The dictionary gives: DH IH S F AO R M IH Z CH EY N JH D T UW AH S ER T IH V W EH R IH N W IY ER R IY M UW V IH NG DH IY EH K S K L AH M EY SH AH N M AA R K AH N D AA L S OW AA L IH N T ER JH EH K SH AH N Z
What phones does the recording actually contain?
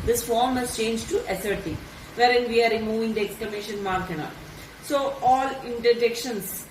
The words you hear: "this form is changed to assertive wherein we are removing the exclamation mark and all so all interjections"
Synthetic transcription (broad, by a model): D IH S F AO R M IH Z CH EY N JH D T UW AH S ER T IH V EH R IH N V IY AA R IY M UW V IH NG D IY EH K S K L AH M EY SH AH N M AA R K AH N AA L S OW AA L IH N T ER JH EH K SH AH N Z